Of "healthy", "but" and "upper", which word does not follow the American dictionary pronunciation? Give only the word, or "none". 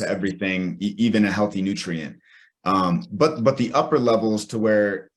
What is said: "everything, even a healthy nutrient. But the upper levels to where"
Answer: none